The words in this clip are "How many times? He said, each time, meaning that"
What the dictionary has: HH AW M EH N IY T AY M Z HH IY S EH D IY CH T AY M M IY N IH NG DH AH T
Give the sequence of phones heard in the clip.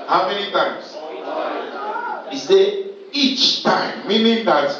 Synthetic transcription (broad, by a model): HH AW M EH N IY T AY M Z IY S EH IY CH T AY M M IY N IH NG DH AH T